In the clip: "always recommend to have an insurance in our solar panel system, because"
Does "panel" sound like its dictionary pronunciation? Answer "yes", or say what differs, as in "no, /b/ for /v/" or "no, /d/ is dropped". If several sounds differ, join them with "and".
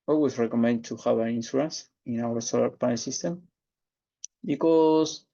no, /n/ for /l/